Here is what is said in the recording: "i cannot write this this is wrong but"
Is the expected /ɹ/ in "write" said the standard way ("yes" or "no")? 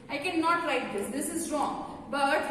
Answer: no